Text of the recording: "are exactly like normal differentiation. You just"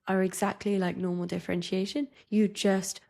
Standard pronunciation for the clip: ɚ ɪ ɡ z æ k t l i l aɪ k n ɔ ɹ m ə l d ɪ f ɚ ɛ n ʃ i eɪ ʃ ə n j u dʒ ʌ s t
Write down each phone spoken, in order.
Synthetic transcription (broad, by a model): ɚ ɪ ɡ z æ k t l i l aɪ k n ɔ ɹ m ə l d ɪ f ɚ ɛ n ʃ i eɪ ʃ ə n j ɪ dʒ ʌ s t